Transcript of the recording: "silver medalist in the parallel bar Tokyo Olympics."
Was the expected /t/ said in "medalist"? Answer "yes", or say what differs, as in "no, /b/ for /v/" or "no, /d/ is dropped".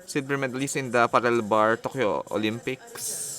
no, /t/ is dropped